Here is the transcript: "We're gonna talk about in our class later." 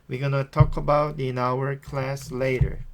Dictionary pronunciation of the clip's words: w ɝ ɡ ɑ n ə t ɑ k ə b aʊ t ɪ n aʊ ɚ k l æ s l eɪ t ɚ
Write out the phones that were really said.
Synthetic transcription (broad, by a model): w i ɡ ɑ n ə t ɑ k ə b aʊ t ɪ n aʊ ɚ k l æ s l eɪ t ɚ